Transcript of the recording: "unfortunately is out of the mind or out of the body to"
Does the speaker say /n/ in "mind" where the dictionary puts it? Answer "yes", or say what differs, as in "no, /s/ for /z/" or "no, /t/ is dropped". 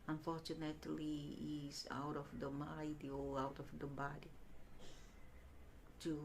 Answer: no, /n/ is dropped